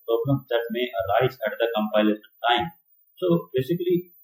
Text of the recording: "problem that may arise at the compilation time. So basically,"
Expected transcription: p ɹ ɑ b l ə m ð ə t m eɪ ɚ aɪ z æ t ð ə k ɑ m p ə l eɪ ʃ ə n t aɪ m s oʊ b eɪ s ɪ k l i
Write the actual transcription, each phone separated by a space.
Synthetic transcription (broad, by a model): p ɹ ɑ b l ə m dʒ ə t m eɪ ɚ aɪ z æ t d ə k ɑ m p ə l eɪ s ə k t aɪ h s oʊ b eɪ s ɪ k l i